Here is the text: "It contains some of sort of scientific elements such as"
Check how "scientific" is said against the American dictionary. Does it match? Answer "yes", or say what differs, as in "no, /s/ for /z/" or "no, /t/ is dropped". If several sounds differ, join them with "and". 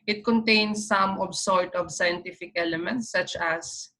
yes